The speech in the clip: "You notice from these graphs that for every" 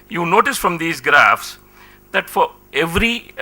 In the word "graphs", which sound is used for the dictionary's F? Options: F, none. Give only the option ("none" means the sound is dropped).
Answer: F